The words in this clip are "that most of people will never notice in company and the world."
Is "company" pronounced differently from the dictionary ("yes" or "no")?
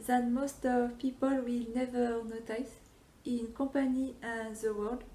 yes